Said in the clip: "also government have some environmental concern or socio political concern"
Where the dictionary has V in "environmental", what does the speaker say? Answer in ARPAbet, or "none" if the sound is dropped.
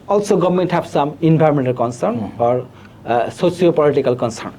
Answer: B